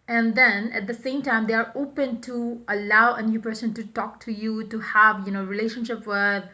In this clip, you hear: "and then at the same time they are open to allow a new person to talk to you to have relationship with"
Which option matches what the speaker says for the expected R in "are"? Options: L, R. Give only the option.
R